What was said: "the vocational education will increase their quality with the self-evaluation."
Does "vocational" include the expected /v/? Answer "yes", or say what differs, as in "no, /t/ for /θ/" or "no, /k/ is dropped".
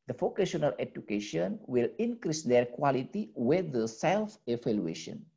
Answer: no, /f/ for /v/